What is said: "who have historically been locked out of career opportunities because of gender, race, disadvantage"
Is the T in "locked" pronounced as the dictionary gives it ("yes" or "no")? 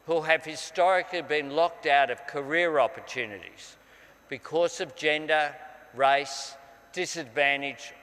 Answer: yes